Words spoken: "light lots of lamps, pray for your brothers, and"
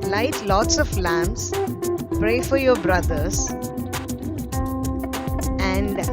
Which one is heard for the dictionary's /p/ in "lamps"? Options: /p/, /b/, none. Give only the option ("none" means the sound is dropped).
none